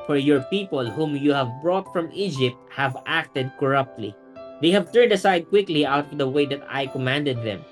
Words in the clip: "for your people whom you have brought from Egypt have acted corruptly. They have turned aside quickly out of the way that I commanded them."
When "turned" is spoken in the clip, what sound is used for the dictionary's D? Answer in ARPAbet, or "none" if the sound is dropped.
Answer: D